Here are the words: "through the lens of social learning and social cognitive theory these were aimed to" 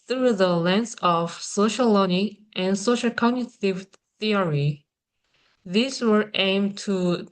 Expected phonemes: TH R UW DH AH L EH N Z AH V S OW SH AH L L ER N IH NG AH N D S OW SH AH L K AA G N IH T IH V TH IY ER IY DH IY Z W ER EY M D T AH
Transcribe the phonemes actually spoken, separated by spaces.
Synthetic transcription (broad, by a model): TH R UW DH AH L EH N S AH V S OW AH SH L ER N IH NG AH N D S OW SH AH L K AA G N IH T IH V TH IY ER IY DH IY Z W ER EY M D T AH